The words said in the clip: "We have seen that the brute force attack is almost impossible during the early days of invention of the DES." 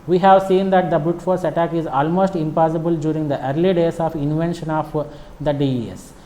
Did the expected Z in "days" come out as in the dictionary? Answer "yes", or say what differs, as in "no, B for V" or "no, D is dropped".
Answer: no, S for Z